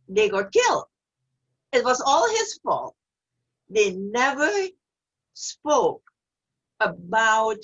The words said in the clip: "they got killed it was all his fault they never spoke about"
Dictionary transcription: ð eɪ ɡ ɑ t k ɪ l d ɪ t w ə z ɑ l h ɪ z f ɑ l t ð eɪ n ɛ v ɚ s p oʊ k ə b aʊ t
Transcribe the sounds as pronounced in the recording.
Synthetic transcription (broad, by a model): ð eɪ ɡ ɑ t k ɪ l d ɪ t w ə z ɑ l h ɪ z f ɑ l t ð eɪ n ɛ v ɚ s p oʊ k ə b aʊ t